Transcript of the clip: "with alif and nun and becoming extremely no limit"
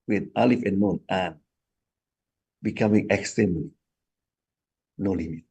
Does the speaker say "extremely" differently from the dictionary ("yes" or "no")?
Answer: yes